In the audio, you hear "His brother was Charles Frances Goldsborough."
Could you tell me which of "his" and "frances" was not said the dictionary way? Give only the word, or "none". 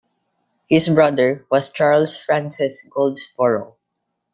his